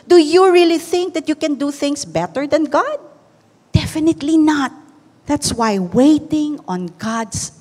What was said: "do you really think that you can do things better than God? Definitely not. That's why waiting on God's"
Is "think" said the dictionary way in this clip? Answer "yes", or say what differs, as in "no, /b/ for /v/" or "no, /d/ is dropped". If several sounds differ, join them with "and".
yes